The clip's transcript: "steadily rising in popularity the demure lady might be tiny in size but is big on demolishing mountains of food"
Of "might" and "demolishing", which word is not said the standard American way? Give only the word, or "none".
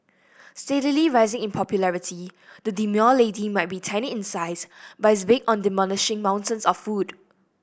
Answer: demolishing